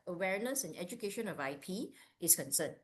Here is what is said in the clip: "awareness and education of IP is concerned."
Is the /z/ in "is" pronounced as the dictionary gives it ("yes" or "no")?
no